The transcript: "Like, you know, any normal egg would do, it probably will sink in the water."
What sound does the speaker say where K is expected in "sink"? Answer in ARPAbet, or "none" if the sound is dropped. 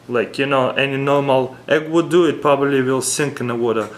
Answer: K